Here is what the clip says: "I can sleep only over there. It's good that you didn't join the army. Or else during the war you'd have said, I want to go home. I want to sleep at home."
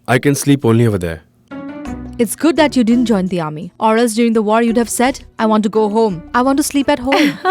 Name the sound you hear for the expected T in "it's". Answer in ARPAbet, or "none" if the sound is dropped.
T